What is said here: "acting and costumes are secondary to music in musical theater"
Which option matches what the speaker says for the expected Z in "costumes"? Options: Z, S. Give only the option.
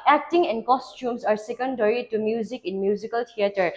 S